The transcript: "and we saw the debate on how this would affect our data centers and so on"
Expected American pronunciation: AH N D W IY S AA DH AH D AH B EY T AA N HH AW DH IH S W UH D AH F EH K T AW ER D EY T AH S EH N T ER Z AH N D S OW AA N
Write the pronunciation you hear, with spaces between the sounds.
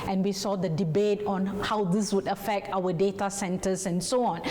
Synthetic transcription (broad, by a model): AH N W IY S AA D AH D AH B EY T AA N HH AW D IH S W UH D AH F EH K T AW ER D EY T AH S EH N T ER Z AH N S OW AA N